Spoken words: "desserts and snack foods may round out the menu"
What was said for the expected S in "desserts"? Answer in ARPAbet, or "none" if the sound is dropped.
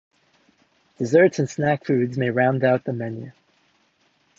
S